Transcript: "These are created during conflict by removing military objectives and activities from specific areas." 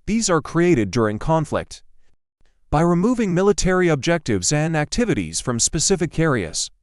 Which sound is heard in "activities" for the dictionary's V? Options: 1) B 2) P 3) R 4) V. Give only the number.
4